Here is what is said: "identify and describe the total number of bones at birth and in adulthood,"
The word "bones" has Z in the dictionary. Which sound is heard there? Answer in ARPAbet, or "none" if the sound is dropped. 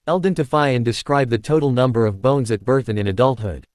Z